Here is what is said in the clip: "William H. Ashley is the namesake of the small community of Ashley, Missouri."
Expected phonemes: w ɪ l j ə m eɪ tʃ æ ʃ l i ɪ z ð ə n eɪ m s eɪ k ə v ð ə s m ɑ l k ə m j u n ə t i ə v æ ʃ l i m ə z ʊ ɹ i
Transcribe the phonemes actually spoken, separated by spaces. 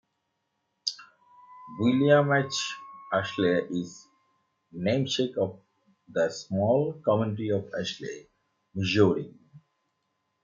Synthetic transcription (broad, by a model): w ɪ l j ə m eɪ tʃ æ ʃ l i ɪ z n eɪ m ʃ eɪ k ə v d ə s m ɑ l k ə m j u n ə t i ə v æ ʃ l i m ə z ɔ ɹ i